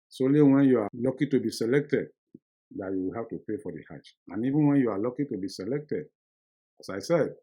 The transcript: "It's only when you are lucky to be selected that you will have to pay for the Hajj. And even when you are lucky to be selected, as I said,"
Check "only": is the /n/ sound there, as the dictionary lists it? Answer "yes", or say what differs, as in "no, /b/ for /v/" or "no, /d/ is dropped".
no, /n/ is dropped